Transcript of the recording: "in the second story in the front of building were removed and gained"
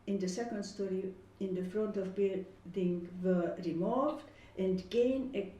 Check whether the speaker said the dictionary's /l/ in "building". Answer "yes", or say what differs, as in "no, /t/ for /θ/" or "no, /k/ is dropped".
no, /l/ is dropped